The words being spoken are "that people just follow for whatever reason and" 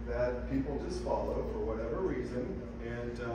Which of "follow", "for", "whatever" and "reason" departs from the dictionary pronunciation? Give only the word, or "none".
none